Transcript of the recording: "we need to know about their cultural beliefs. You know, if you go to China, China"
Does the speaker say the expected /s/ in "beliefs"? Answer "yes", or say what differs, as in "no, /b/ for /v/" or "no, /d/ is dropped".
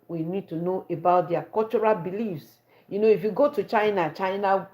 yes